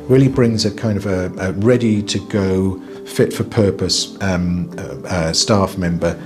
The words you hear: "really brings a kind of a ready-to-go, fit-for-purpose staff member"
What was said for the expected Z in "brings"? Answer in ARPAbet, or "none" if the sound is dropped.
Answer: Z